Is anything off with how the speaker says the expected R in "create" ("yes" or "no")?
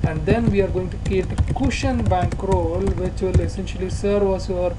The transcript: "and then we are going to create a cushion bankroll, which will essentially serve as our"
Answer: yes